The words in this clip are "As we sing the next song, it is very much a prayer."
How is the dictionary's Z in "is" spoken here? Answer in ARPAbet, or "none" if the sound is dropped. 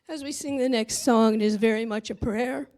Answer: Z